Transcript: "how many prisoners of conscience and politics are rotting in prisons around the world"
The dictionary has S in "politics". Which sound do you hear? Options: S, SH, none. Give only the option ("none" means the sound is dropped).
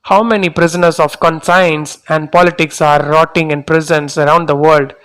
S